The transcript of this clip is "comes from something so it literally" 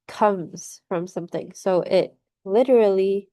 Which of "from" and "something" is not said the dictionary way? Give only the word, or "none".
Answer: none